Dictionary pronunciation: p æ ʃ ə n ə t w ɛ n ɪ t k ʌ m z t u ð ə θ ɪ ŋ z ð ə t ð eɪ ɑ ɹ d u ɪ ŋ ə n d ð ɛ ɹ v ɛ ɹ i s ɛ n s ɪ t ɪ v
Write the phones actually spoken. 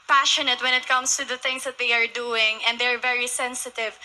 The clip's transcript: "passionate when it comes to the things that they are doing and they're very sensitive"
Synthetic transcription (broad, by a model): p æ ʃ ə n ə t w ɛ n ɪ t k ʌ m s t u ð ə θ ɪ ŋ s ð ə t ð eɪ ɑ ɹ d u ɪ ŋ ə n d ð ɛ ɹ v ɛ ɹ i s ɛ n s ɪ t ɪ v